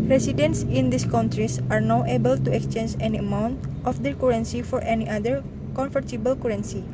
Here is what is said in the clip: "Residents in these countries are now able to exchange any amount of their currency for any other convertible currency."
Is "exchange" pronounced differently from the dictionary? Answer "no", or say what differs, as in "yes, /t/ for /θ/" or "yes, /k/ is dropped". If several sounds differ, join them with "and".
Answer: no